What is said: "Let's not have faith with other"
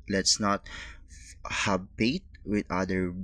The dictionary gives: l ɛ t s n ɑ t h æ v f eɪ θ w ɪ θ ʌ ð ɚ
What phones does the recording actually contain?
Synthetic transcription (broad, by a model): l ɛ t s n ɑ t h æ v p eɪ t w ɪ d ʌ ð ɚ